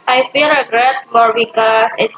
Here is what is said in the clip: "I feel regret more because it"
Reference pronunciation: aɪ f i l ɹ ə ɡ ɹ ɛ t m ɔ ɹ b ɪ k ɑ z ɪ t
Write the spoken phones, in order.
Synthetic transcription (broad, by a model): aɪ f i l ɹ ə ɡ ɹ ɛ t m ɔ ɹ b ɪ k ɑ s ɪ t